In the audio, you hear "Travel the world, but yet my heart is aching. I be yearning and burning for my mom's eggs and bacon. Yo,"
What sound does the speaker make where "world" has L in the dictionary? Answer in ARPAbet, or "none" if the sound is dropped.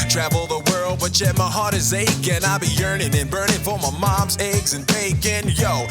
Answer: L